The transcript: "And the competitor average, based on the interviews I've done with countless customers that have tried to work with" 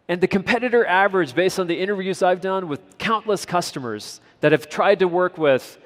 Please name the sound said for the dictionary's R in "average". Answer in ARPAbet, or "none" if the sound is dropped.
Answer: R